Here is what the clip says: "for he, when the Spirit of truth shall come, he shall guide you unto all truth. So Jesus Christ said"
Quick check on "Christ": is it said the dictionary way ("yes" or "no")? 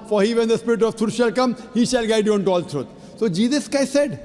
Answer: no